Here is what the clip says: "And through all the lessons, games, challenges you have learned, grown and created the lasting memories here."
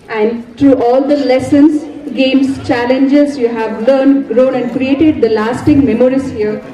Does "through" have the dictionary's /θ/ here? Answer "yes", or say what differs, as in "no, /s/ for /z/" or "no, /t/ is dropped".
no, /t/ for /θ/